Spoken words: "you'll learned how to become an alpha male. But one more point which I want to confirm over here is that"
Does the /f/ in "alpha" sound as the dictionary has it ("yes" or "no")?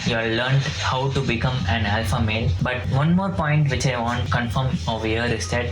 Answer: yes